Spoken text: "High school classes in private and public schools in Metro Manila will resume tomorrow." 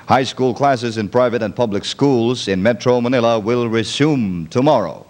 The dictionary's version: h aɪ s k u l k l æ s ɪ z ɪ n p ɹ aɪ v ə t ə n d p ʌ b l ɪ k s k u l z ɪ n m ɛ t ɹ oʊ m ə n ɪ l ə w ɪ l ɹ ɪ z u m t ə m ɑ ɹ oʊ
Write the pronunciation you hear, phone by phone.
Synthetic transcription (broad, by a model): h aɪ s k u l k l æ s ɪ z ɪ n p ɹ aɪ v ə t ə n p ʌ b l ɪ k s k u l z ɪ n m ɛ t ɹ oʊ m ə n ɪ l ə w ɪ l ɹ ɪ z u m t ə m ɑ ɹ oʊ